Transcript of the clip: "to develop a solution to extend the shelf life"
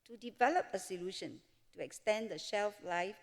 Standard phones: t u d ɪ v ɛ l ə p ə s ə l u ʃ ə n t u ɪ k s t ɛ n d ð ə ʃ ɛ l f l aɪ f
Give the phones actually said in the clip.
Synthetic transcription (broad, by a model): t u d ɪ v ɛ l ə p ə s ə l u ʃ ə n t u ɪ k s t ɛ n d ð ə ʃ ɛ l f l aɪ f